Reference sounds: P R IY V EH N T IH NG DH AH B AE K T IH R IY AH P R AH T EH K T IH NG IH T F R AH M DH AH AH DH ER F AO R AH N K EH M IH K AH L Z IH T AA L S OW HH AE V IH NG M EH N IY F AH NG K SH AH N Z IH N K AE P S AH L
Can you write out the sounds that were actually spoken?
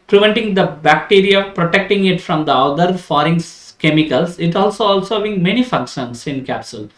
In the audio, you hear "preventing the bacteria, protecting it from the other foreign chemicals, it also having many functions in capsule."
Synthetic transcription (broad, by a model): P R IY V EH N T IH NG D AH B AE K T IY R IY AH P R AH T EH K T IH NG IH T F R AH M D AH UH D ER F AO R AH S K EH M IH K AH L S IH T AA L S OW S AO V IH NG M EH N IY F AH K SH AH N S IH N K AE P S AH L